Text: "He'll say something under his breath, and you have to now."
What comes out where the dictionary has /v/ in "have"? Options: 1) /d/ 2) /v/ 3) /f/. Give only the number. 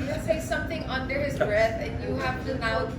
3